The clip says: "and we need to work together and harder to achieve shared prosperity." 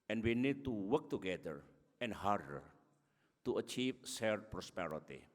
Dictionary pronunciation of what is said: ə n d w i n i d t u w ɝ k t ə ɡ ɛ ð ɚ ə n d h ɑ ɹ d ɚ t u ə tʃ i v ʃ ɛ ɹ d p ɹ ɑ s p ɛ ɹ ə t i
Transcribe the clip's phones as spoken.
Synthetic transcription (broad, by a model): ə n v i n i d t u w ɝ k t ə ɡ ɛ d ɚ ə n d h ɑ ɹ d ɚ t u ə tʃ i v s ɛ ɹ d p ɹ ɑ s p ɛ ɹ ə t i